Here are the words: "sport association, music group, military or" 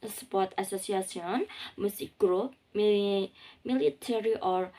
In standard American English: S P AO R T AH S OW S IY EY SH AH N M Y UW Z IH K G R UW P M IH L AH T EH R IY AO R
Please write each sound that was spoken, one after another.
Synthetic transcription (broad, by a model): S P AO R T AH S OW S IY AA S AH N M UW S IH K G R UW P M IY L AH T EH R IY AO R